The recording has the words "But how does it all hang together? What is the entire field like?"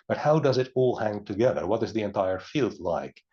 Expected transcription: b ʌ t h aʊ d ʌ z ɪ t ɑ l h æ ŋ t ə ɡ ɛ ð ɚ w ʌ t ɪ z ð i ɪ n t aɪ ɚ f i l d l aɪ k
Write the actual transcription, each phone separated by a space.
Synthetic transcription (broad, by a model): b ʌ t h aʊ d ʌ z ɪ t ɑ l h æ ŋ t ə ɡ ɛ ð ɚ w ʌ t ɪ z ð i ɪ n t aɪ ɚ f i l d l aɪ k